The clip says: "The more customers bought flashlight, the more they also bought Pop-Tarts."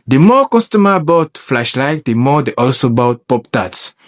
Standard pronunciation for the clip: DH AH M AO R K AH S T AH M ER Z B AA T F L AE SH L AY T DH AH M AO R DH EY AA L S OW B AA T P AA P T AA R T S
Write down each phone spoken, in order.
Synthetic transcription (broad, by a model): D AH M AO K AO S T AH M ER B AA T F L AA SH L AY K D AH M AO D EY AA L S OW B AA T P AA P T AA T S